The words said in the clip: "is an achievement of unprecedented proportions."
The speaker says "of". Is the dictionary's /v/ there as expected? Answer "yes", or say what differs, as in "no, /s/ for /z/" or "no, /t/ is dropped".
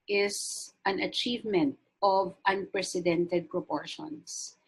yes